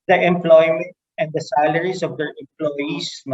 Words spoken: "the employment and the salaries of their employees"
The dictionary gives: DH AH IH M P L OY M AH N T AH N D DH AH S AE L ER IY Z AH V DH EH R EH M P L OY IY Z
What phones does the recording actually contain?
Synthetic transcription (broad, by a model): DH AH IH M P L OY M AH N T AH N D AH S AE L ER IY S AH V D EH R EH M P L OY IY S